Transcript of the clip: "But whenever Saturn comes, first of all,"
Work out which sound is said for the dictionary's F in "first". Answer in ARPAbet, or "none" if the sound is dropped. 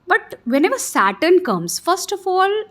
F